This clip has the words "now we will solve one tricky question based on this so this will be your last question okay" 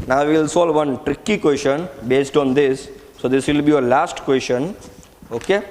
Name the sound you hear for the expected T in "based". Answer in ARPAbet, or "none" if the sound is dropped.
T